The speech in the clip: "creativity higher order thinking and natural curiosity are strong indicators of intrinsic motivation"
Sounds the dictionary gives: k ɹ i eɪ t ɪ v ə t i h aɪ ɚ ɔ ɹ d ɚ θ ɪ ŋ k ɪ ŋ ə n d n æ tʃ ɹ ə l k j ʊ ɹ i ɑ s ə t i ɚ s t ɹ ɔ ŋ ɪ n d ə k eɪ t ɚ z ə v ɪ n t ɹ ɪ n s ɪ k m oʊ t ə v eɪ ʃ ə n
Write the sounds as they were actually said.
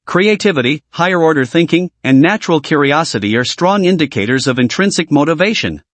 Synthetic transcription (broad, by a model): k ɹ i eɪ t ɪ v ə t i h aɪ ɚ ɔ ɹ d ɚ θ ɪ ŋ k ɪ ŋ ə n n æ tʃ ɹ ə l k j ʊ ɹ i ɑ s ə t i ɚ s t ɹ ɔ ŋ ɪ n d ə k eɪ t ɚ z ə v ɪ n t ɹ ɪ n s ɪ k m oʊ t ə v eɪ ʃ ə n